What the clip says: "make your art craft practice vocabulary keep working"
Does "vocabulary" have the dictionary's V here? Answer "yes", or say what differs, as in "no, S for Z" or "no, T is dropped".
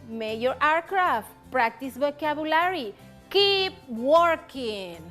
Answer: no, B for V